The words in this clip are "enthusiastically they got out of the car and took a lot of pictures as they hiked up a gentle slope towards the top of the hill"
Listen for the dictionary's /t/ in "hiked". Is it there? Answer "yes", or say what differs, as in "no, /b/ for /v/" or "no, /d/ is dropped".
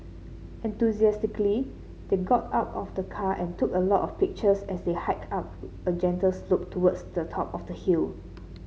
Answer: no, /t/ is dropped